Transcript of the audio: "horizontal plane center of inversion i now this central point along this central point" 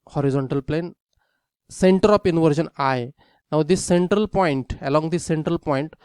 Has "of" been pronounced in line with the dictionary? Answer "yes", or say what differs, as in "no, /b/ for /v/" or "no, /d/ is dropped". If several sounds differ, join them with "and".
no, /p/ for /v/